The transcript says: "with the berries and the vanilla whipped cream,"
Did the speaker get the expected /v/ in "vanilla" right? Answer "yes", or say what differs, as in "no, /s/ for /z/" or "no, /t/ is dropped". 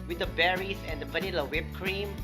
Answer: no, /p/ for /v/